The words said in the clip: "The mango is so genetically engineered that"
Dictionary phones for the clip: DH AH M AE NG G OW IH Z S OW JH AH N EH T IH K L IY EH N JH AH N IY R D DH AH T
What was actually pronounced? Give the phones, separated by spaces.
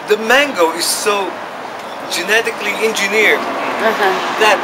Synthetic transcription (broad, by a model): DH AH M AE NG G OW IH Z S OW JH AH N EH T IH K L IY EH N JH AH N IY R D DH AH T